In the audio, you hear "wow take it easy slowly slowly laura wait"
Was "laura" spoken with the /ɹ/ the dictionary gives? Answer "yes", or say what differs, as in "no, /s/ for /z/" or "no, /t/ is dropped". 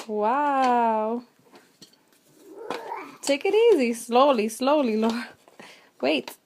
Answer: no, /ɹ/ is dropped